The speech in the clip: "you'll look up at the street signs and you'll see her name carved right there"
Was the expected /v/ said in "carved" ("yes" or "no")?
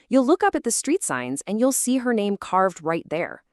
yes